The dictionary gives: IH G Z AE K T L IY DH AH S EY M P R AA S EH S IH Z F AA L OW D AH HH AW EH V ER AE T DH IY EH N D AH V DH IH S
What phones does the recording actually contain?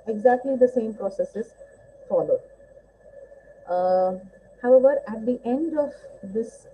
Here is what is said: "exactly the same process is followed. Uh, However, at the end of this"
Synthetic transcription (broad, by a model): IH G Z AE K T L IY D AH S EY M P R AA S EH S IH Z F AA L OW D HH AW EH V ER AE T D IY EH N D AH V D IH S